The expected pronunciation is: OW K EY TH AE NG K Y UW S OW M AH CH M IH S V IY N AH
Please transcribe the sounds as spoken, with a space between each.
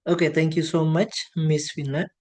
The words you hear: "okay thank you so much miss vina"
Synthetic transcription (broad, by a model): OW K EY T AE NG K Y UW S OW M AH CH M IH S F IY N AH